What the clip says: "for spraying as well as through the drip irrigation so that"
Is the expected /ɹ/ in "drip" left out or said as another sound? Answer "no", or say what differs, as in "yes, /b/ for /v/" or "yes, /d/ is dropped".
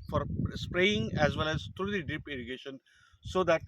yes, /ɹ/ is dropped